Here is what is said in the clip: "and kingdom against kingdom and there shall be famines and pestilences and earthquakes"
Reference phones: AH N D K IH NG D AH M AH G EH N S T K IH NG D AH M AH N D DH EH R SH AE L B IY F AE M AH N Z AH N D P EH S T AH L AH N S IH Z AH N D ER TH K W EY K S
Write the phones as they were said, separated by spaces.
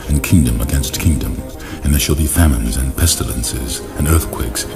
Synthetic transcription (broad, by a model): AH N K IH NG D AH M AH G EH N S T K IH NG D AH M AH N DH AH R SH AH L B IY F AE M AH N Z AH N P EH S T AH L AH N S IH Z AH N ER TH K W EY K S